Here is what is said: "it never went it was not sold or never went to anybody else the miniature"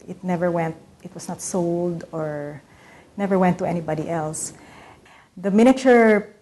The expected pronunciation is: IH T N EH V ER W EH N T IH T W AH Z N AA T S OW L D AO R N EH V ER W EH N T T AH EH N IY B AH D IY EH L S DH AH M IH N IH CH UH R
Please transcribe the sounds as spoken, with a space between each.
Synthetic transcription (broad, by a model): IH T N EH V ER W EH N T IH T W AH S N AA T S OW L D AO R N EH V ER W EH N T T AH EH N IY B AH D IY EH L S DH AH M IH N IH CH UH R